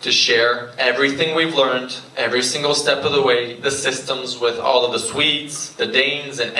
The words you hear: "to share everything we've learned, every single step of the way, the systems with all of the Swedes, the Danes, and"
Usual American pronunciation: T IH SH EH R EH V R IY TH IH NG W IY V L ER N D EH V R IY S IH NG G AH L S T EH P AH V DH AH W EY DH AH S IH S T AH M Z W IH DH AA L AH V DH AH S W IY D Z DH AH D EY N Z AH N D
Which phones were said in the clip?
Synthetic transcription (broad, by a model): T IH SH EH R EH V R IY TH IH NG W IY V L ER N D EH V R IY S IH NG G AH L S T EH P AH V DH AH W EY DH AH S IH S T AH M Z W IH DH AA L AH V DH AH S W IY D Z DH AH D EY N Z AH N